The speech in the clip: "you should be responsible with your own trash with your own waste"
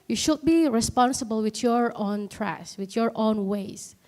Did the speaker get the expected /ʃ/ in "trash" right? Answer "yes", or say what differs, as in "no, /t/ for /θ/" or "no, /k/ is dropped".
no, /s/ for /ʃ/